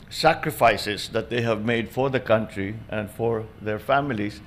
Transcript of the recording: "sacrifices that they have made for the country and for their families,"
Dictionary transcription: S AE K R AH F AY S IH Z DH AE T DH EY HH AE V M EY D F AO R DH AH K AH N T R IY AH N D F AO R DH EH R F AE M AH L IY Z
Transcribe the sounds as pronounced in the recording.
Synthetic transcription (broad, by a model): S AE K R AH F AY S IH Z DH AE T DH EY HH AE V M EY D F AO R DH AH K AH N T R IY AH N D F AO R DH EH R F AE M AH L IY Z